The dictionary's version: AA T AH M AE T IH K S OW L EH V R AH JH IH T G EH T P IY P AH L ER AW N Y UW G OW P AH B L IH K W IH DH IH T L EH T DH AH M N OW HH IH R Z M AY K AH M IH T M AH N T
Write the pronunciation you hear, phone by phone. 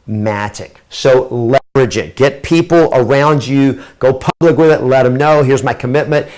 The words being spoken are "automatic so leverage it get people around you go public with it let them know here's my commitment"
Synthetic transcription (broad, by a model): M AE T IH K S OW L EH V R AH JH IH T G EH T P IY P L ER AW N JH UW G OW P AH B L IH K W IH DH IH T L EH T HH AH M N OW HH IH R Z M AY K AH M IH T M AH N T